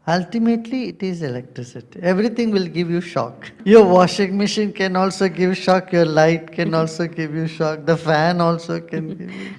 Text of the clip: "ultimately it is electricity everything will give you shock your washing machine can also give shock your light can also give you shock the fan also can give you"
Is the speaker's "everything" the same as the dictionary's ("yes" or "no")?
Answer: no